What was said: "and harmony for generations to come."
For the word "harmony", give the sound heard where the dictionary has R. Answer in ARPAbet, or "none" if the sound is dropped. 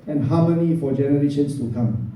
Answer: W